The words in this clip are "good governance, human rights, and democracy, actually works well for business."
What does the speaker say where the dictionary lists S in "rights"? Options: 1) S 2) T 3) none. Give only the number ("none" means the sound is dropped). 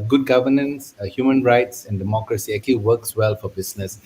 1